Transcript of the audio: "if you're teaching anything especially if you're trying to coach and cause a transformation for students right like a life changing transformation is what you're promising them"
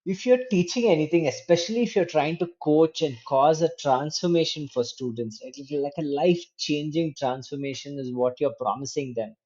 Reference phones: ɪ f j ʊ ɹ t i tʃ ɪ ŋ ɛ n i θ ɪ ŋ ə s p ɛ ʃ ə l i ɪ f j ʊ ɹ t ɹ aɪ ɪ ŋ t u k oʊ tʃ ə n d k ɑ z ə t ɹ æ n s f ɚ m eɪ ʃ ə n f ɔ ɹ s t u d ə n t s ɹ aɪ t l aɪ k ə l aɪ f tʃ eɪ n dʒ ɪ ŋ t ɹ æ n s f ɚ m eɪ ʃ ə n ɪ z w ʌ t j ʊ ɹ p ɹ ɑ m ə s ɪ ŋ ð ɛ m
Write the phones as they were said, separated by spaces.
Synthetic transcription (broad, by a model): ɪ f j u ɹ t i tʃ ɪ ŋ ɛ n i t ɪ ŋ ə s p ɛ ʃ ə l i ɪ f j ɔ ɹ t ɹ aɪ ɪ ŋ t u k oʊ tʃ ə n d k ɑ z ə t ɹ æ n s f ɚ m eɪ ʃ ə n f ɔ ɹ s t u d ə n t s l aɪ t l aɪ k ə l aɪ f tʃ eɪ n dʒ ɪ ŋ t ɹ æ n s f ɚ m eɪ ʃ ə n ɪ z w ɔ t j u ɹ p ɹ ɑ m ə s ɪ ŋ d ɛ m